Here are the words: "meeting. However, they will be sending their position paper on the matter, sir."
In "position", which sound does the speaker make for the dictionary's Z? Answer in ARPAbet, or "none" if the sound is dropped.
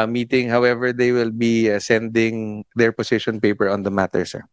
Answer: S